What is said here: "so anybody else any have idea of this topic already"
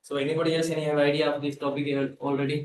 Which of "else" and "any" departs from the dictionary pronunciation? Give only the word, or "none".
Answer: else